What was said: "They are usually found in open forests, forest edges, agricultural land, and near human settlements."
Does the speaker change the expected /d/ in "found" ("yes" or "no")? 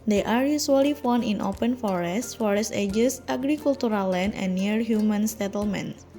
yes